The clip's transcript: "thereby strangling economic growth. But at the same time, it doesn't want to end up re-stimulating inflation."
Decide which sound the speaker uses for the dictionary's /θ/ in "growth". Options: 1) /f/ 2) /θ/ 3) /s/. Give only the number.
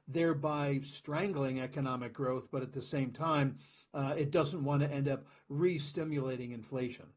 2